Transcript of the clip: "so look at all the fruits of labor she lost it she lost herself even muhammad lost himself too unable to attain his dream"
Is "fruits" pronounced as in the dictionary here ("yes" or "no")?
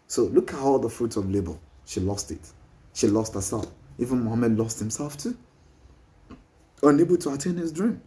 no